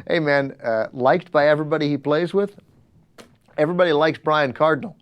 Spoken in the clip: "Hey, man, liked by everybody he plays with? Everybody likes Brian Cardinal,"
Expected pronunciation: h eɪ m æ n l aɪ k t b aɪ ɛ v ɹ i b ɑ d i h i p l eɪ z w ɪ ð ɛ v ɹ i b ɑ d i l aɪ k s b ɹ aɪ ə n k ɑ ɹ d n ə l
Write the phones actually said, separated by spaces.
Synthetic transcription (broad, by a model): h eɪ m æ n l aɪ k t b aɪ ɛ v ɹ i b ɑ d i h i p l eɪ z w ɪ ð ɛ v ɹ i b ɑ d i l aɪ k s b ɹ aɪ ə n k ɑ ɹ d n l